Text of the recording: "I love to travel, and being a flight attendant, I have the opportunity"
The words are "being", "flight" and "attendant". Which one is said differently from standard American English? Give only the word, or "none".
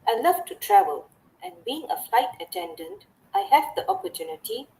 none